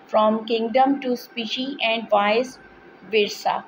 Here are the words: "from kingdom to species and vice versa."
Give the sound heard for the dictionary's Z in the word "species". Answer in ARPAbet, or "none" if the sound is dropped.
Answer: none